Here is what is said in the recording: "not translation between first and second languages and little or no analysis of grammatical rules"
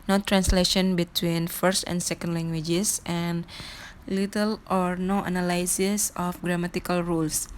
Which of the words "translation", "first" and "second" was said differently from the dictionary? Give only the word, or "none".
none